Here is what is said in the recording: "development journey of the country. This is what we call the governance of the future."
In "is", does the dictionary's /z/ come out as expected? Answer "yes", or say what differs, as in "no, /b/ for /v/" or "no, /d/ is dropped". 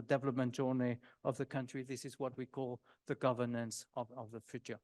yes